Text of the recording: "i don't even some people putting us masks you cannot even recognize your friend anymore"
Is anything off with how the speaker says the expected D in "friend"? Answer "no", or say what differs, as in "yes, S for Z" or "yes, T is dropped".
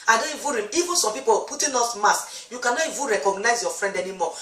no